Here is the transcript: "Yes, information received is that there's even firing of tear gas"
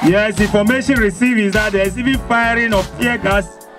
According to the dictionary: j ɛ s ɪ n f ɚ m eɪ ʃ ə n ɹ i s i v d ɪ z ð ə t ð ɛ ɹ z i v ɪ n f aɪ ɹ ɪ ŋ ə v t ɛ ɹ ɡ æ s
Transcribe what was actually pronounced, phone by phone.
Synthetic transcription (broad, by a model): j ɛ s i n f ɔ m eɪ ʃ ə n ɹ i s i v ɪ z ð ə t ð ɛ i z i v ɪ n f aɪ ɹ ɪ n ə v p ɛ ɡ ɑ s